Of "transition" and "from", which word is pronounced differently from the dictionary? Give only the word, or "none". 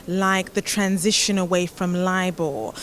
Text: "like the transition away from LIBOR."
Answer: none